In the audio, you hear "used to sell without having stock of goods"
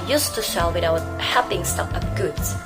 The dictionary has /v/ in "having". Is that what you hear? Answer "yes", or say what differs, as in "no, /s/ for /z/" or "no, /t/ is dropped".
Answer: no, /p/ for /v/